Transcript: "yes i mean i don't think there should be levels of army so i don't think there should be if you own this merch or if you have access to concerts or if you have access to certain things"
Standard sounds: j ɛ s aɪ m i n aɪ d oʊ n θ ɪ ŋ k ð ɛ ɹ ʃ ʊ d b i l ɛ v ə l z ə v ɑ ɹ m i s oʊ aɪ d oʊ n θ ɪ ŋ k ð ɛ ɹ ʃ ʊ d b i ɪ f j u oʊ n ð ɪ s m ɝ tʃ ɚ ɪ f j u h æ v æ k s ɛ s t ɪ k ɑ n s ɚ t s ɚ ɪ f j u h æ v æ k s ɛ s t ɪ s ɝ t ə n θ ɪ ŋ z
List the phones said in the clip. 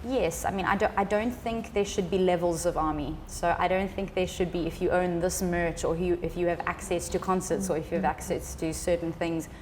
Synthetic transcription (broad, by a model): j ɛ s aɪ m i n aɪ d oʊ n θ ɪ ŋ k ð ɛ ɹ ʃ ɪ d b i l ɛ v ə l z ə v ɑ ɹ m i s oʊ aɪ d oʊ n θ ɪ ŋ k ð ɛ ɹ ʃ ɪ d b i ɪ f j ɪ oʊ n ð ɪ s m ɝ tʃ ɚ ɪ f j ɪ v æ k s ɛ s t ɪ k ɑ n s ɚ t s ɚ ɪ f j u v æ k s ɛ s t ɪ s ɝ t n θ ɪ ŋ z